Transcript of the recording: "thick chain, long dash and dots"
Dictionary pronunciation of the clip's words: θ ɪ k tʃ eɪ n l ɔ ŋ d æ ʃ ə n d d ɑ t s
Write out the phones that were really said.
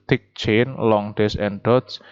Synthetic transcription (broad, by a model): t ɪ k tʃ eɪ n l ɔ ŋ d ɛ s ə n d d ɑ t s